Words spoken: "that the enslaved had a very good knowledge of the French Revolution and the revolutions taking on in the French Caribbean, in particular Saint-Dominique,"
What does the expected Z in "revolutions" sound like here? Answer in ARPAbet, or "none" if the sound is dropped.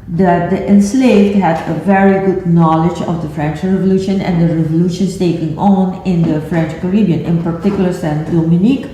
S